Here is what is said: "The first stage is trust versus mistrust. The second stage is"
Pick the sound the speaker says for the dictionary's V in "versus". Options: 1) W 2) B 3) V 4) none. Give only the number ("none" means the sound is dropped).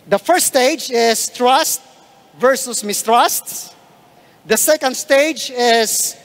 3